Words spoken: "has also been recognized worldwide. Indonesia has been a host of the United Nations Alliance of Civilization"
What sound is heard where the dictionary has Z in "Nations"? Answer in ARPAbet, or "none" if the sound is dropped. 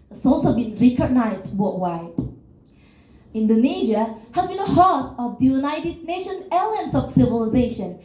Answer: none